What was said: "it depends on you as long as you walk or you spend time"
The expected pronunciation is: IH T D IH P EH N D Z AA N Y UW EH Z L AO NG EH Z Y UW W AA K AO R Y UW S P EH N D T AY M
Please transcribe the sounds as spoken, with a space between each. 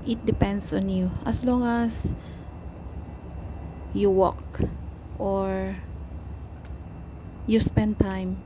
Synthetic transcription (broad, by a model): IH T D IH P EH N D S AA N Y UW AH S L AO NG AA S Y UW W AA K AO R Y UW S P EH N D T AY M